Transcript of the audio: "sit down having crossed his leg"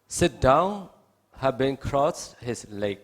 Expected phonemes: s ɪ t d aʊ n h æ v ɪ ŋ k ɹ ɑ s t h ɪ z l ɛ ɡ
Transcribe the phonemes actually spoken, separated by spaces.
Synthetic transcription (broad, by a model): s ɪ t d aʊ n h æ b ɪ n k ɹ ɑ s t h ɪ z l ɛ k